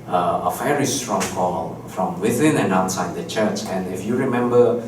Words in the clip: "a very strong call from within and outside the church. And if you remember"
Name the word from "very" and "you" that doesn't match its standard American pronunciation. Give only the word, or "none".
very